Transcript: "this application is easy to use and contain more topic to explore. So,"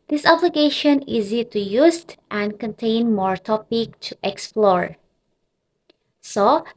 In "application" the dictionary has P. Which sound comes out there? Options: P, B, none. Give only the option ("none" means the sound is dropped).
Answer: B